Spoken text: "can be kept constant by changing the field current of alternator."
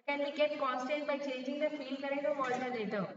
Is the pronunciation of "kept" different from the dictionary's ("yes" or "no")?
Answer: yes